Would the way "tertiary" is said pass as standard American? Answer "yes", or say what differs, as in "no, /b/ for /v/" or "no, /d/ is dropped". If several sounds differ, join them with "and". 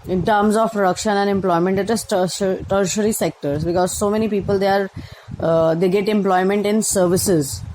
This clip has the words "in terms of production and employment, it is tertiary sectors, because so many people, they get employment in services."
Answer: yes